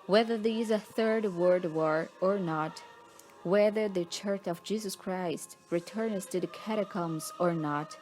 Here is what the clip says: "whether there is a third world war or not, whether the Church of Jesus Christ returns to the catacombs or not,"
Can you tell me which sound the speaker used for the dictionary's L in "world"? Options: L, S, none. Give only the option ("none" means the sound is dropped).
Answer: none